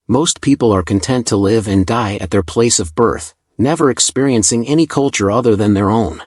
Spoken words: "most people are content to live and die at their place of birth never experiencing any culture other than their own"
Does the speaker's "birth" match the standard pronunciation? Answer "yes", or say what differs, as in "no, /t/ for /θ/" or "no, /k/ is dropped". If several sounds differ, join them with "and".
yes